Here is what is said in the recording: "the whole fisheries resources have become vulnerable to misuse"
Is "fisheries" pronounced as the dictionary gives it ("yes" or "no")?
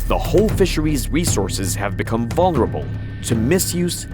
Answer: yes